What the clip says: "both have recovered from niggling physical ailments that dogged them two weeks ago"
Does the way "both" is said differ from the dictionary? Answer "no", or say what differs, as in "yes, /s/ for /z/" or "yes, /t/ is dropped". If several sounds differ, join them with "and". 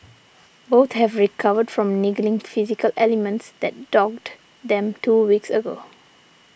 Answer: yes, /t/ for /θ/